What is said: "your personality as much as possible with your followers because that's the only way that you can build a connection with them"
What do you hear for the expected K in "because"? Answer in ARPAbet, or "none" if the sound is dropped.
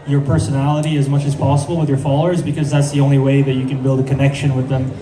K